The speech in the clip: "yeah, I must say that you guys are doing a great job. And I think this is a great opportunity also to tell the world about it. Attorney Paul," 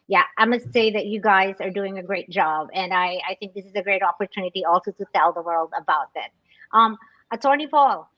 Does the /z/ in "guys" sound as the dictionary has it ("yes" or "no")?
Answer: yes